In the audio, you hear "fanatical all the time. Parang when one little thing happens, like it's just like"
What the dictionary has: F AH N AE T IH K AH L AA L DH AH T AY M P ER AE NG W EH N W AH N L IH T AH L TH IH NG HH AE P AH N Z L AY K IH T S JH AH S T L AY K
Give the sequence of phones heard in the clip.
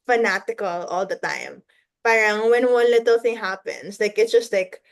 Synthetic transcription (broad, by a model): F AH N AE T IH K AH L AA L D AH T AY M P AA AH NG W EH N W AH N L IH T AH L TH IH NG HH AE P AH N S L AY K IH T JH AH S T L AY K